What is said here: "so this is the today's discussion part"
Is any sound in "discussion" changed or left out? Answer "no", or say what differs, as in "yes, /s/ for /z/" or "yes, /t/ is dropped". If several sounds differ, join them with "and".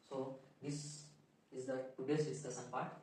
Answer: yes, /s/ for /ʃ/